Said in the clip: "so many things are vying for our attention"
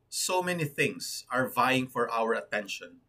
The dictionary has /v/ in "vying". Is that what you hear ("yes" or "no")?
yes